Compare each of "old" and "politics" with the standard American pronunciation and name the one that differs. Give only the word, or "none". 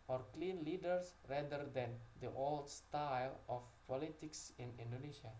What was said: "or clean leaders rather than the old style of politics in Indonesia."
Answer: none